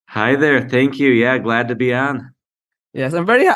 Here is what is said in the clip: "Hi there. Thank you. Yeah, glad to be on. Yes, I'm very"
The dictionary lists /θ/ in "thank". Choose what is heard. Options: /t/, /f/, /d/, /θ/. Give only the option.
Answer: /θ/